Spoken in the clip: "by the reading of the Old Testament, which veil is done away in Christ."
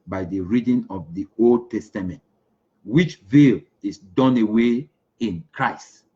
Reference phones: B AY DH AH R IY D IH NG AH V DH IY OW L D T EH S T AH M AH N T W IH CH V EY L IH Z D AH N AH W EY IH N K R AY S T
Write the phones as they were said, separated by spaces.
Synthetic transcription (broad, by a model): B AY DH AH R IY D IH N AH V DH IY OW L D T EH S T AH M AH N T W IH CH V EY L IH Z D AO N AH W EY IH N K R AY S T